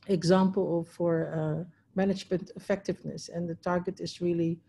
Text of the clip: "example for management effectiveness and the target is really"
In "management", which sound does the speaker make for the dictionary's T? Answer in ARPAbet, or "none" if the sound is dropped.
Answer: T